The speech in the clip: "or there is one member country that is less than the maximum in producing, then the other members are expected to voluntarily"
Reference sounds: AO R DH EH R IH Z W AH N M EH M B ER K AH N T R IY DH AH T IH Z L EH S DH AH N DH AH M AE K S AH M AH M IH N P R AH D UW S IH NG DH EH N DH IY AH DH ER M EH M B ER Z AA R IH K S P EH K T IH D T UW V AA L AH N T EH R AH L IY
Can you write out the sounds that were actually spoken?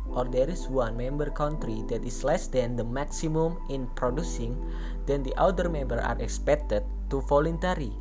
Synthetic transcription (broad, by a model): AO R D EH R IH S W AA N M EH M B ER K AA N T R IY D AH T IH S L EH S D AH N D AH M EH K S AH M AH M IH N P R AH D UW S IH NG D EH N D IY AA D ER M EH M B ER AA R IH K S P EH K T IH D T UW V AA L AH N T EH R IY